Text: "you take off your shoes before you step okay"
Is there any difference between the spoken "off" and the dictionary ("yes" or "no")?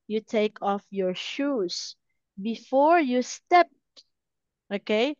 no